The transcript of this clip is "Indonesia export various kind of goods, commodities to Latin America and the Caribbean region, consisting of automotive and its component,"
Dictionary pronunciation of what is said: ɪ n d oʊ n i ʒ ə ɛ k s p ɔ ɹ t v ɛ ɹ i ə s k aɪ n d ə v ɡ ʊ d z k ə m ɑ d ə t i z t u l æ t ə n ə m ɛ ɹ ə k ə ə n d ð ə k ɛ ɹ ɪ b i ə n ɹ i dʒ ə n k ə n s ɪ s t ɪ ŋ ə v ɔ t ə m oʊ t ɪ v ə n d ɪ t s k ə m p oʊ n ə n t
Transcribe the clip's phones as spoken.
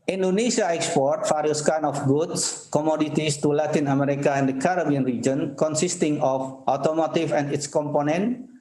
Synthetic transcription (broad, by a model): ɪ n d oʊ n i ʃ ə ɛ k s p ɔ ɹ t f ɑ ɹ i s k aɪ n ə f ɡ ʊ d s k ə m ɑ d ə t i s t u l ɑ t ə n ə m ɛ ɹ ə k ə ə n d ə k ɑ ɹ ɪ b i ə n ɹ i dʒ ə n k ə n s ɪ s t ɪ ŋ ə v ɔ t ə m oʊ t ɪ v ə n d ɪ t s k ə m p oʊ n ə n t